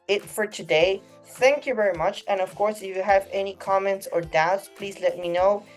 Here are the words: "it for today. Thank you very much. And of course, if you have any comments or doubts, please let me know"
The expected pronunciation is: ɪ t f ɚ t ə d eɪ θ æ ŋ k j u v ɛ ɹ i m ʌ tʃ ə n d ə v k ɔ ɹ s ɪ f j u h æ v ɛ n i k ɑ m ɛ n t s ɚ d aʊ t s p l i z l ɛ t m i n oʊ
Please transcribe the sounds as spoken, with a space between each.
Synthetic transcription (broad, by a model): ɪ t f ɚ t ə d eɪ θ æ ŋ k j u v ɛ ɹ i m ʌ tʃ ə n ə v k ɔ ɹ s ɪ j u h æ v ɛ n i k ɑ m ɛ n t s ɚ d aʊ t s p l i z l ɛ t m i n oʊ